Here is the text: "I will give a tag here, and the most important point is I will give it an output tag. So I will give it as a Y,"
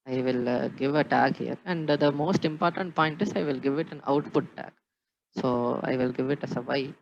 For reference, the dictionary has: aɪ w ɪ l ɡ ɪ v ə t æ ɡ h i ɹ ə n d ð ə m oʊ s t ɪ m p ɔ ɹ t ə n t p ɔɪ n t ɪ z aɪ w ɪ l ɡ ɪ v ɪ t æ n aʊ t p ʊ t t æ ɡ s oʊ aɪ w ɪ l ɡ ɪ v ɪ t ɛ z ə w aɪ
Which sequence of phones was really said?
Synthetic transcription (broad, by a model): aɪ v ɪ l ɡ ɪ v ə t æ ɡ h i ɹ ə n d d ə m oʊ s t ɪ m p ɔ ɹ t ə n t p ɔɪ n t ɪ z aɪ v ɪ l ɡ ɪ v ɪ t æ n aʊ t p ʊ t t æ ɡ s oʊ aɪ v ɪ l ɡ ɪ v ɪ t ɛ s ə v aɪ